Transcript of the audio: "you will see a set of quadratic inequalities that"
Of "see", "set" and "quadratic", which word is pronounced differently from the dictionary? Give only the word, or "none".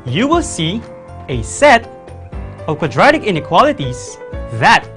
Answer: none